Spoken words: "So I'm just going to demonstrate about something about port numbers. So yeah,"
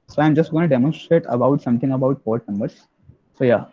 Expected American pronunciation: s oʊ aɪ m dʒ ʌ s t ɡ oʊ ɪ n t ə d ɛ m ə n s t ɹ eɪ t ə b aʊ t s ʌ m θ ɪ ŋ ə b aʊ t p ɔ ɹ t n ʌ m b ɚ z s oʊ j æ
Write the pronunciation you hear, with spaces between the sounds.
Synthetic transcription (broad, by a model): s oʊ aɪ m dʒ ʌ s t ɡ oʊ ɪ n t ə d ɛ m ə n s t ɹ eɪ t ə b aʊ t s ʌ m t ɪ ŋ ə b aʊ t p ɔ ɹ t n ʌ m b ɚ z s oʊ j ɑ